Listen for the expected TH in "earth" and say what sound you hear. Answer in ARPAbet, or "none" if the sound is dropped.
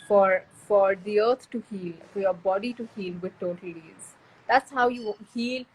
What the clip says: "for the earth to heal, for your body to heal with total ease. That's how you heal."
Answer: T